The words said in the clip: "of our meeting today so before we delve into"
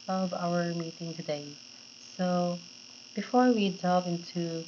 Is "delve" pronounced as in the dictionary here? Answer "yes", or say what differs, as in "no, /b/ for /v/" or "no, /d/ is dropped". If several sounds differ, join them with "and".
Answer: no, /l/ is dropped